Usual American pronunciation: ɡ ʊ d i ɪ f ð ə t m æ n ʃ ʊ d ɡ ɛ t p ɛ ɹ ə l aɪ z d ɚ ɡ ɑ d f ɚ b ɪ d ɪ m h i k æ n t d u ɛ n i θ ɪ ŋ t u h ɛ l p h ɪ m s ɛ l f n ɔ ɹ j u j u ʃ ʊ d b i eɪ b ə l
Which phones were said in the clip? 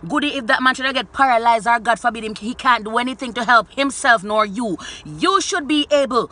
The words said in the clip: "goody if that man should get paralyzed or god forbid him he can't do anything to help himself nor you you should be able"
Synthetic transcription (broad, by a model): ɡ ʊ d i ɪ f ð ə t m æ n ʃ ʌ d ɡ ɛ t p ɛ ɹ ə l aɪ z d ɚ ɡ ɑ d f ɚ b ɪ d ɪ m h i k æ n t d u ɛ n i θ ɪ ŋ t u h ɛ l p h ɪ m s ɛ l f n ɔ ɹ j u j u ʃ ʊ d b i eɪ b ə l